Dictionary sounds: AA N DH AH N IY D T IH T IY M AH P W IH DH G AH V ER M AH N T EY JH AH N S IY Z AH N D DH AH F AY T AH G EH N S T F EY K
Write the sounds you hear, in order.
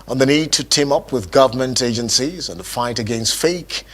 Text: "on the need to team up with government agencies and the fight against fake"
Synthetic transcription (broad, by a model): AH N DH AH N IY D T IH T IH M AH P W IH DH G AH V ER M AH N T EY JH AH N S IY Z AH N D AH F AY T AH G EH N S T F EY K